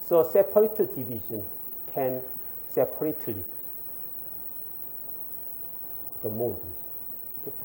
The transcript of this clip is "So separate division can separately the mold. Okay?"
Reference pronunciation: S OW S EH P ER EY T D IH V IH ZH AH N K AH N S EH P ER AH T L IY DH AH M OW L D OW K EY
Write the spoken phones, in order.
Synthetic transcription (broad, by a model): S OW S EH P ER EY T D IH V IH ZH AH N K AH N S EH P ER AH T L IY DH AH M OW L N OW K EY